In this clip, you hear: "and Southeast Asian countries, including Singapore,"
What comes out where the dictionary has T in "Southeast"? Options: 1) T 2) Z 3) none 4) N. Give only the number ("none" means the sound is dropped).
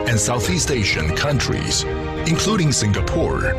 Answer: 1